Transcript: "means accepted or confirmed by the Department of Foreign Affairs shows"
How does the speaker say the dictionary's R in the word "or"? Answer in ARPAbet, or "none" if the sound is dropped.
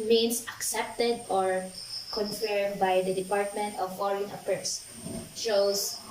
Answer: R